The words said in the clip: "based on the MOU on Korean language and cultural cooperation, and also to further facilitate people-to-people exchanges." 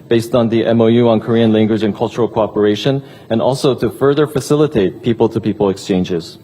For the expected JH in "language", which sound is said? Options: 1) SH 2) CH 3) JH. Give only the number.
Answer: 3